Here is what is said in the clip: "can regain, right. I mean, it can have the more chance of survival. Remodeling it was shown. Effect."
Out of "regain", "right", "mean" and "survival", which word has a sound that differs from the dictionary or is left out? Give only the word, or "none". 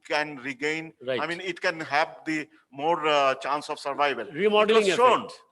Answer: right